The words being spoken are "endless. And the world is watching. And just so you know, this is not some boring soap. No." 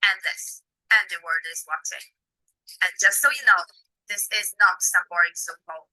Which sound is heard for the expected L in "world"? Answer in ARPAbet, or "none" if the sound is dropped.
none